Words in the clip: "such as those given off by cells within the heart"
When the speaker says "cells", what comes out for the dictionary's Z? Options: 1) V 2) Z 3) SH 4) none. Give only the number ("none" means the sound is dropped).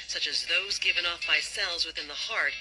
2